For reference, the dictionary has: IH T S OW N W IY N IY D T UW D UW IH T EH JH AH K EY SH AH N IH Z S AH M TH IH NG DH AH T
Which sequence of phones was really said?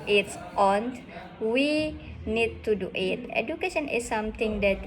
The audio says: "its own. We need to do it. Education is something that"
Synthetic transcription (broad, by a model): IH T S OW N W IY N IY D T UW D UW IH T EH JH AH K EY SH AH N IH S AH M T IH NG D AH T